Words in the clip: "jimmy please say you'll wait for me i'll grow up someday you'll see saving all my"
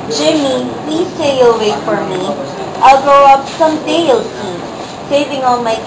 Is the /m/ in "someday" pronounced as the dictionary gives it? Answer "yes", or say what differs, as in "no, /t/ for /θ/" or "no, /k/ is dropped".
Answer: yes